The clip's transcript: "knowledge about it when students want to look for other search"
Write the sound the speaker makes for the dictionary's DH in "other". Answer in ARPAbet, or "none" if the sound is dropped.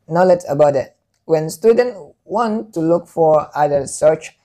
none